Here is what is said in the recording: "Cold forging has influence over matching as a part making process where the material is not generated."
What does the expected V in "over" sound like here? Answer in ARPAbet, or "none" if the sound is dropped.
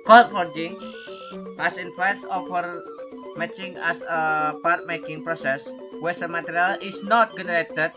F